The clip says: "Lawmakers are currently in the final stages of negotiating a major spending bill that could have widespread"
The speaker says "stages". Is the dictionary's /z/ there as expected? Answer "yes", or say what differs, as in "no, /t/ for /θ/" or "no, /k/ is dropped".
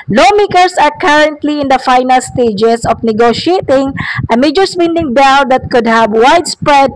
no, /s/ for /z/